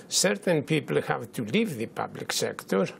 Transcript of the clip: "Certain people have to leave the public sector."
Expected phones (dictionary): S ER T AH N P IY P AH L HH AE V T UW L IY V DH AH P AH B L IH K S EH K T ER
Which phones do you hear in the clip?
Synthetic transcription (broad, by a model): S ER T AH N P IY P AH L HH AE V T UW L IY V DH AH P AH B L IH K S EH K T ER